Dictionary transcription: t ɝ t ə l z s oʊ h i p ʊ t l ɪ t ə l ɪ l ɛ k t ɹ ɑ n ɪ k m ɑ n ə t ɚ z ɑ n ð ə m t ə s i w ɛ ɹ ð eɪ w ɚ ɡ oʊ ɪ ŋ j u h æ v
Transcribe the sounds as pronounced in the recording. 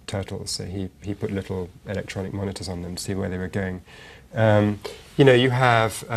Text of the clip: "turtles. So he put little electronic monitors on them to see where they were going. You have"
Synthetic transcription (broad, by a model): t ɝ t l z s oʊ h i p ʊ t l ɪ t l ɪ l ɛ k t ɹ ɑ n ɪ k m ɑ n ə t ɚ z n ð ə m t ə s i w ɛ ɹ ð eɪ w ɚ ɡ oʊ ɪ ŋ j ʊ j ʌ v